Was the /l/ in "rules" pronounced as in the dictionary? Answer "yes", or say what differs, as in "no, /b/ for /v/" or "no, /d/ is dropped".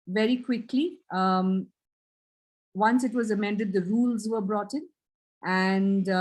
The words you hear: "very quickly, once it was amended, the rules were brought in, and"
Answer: yes